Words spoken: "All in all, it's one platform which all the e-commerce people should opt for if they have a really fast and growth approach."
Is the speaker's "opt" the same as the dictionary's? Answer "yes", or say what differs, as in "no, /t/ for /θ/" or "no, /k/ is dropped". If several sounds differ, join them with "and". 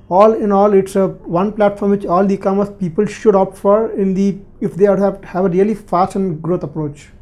yes